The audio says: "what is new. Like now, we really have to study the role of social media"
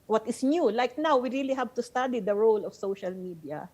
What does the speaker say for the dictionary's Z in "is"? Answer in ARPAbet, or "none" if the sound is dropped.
S